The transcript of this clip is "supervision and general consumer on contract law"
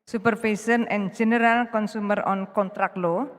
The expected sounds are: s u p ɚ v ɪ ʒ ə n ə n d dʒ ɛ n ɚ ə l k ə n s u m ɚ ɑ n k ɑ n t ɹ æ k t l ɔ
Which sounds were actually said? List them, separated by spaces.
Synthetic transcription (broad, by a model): s u p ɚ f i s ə n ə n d dʒ ɛ n ɚ ə l k ə n s u m ɚ ɑ n k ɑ n t ɹ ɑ k l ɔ